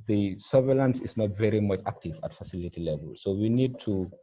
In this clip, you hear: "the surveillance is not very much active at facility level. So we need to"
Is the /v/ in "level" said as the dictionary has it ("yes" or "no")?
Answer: yes